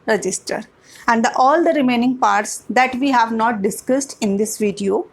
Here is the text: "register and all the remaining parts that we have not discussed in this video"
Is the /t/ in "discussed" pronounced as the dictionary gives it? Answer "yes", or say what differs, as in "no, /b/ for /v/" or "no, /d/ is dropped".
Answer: yes